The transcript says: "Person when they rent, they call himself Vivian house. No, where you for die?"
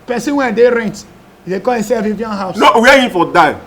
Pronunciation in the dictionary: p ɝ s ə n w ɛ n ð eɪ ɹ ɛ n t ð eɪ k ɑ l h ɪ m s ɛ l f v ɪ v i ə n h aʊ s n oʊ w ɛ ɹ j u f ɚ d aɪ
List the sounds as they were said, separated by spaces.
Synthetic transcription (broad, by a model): p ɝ s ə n w ɛ n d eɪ ɹ ɛ n t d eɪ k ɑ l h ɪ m s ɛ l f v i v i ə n h aʊ s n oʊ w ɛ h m f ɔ d aɪ